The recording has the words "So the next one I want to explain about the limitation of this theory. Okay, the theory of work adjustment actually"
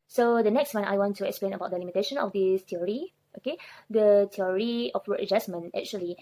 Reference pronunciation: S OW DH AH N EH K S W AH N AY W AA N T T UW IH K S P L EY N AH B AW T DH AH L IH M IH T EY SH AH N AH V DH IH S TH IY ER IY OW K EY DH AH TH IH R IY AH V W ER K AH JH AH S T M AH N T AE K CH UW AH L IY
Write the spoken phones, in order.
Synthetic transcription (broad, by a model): S OW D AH N EH K S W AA N AY W AA N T T UW IH K S P L EY N AH B AW T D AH L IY M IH T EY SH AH N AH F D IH S T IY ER IY OW K EY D AH T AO R IY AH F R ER AH JH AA S M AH N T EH K CH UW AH L IY